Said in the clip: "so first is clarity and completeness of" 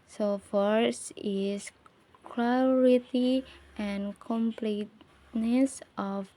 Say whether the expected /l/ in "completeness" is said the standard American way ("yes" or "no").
yes